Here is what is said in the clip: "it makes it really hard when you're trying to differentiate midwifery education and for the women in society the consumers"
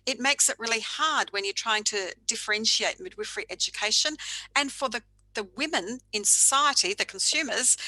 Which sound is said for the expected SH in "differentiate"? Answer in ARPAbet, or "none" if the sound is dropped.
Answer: SH